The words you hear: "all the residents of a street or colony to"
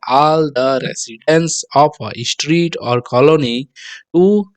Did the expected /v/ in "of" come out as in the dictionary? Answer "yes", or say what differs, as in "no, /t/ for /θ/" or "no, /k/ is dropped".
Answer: no, /p/ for /v/